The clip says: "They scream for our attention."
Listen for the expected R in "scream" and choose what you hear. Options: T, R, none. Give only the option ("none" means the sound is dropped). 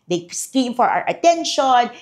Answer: none